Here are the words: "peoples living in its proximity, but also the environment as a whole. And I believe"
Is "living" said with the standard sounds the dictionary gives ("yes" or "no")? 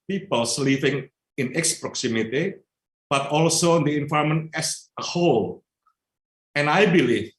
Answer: no